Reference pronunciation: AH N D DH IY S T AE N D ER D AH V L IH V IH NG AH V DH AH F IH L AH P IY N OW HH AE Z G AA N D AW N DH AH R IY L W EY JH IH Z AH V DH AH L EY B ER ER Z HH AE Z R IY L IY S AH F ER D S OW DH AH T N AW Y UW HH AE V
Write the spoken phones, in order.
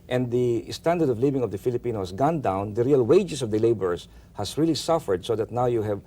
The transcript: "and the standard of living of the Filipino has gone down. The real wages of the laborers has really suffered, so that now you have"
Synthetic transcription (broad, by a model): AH N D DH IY S T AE N D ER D AH V L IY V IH NG AH V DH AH F IH L AH P IY N OW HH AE S G AA N D AW N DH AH R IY L W EY JH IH S AH V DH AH L EY B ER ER S HH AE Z R IY L IY S AH F ER D S OW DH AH T N AW Y UW HH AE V